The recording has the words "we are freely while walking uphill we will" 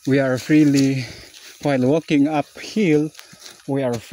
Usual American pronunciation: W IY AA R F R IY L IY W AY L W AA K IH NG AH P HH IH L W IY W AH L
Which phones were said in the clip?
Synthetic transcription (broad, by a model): W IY AA R F R IY L IY W AY L W AA K IH NG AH P HH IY L W IY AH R